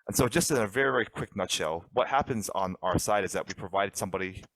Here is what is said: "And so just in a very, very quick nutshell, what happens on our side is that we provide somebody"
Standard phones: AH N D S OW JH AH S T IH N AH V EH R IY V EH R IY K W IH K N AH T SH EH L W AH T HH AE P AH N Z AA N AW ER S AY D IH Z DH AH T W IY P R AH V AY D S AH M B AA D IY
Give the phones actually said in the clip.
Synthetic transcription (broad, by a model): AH N S OW JH AH S T IH N AH V EH R IY V EH R IY K W IH K N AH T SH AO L W AH T HH AE P AH N Z N AW ER S AY D IH Z DH AH T W IY P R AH V AY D S AH M B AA D IY